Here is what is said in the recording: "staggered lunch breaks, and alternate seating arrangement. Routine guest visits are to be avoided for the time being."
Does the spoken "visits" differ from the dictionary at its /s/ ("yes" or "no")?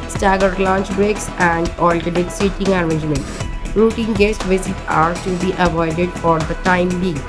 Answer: yes